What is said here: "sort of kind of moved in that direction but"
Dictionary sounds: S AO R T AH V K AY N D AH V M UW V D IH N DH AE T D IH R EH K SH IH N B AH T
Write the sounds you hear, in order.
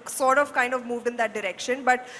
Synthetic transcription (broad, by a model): S AO R T AH V K AY N D AH V M UW V D IH N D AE T D IH R EH K SH IH N B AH T